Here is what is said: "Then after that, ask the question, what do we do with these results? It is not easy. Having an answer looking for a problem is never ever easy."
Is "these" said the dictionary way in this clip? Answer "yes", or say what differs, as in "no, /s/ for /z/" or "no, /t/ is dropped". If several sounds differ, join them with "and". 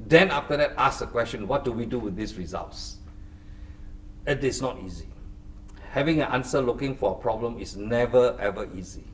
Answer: no, /s/ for /z/